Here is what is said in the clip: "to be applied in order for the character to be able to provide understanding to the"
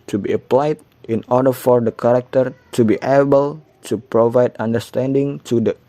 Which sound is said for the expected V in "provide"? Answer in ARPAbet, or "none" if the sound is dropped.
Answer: V